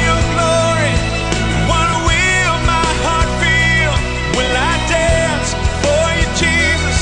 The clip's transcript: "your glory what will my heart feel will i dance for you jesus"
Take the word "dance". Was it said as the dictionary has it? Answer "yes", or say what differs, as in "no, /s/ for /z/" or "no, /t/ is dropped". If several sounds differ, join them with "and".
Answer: yes